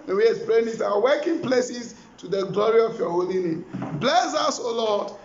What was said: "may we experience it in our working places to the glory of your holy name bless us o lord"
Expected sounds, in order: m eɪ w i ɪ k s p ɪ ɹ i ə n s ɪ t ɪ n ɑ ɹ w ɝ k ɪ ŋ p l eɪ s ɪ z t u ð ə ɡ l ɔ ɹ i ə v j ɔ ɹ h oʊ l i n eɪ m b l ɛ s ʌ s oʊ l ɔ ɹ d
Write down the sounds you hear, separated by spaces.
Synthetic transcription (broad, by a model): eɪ w i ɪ s p ɹ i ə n ɪ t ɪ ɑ w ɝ k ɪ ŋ p l eɪ s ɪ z t u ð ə ɡ l ɔ ɹ i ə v j ɔ h oʊ l i n eɪ m b l ɛ s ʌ s oʊ l ɔ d